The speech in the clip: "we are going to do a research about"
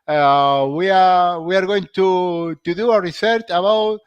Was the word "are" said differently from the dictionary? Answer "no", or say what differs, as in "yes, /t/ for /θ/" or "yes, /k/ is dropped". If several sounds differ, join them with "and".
yes, /w/ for /ɹ/